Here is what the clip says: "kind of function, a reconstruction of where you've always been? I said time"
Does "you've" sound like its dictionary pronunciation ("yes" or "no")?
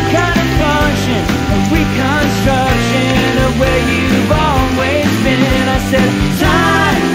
yes